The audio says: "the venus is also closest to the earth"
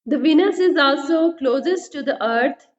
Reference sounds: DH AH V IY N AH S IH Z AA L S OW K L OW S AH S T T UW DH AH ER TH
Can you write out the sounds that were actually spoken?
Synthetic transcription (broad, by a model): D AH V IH N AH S IH Z AA L S OW K L OW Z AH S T T UW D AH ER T